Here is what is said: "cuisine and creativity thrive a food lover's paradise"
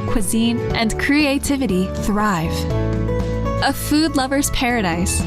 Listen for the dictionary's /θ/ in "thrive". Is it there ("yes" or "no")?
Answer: yes